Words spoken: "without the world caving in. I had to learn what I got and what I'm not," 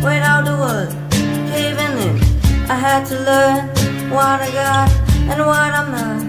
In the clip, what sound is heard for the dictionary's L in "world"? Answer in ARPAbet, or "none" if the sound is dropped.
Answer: none